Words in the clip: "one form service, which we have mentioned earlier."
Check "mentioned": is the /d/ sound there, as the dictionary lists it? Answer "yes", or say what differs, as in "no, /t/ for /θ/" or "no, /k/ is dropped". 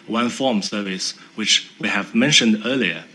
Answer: yes